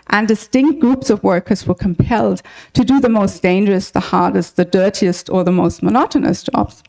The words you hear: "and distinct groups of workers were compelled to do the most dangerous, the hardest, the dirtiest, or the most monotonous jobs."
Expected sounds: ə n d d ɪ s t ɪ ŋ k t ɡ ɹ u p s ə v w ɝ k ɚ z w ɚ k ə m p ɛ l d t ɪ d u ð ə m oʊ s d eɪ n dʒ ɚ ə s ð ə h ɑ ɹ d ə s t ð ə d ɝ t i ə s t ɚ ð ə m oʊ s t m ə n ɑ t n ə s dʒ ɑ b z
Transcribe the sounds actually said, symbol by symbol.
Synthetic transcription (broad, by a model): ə n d d ɪ s t ɪ ŋ k t ɡ ɹ u p s ə v w ɝ k ɚ z w ɚ k ə m p ɛ l d t ɪ d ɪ ð ə m oʊ s d eɪ n dʒ ɚ ə s ð ə h ɑ ɹ d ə s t ð ə d ɝ t i ə s t ɚ ð ə m oʊ s t m ə n ɑ t n ə s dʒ ɑ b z